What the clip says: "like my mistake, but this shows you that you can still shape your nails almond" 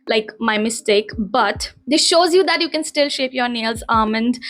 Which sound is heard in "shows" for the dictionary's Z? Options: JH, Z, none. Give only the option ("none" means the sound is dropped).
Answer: Z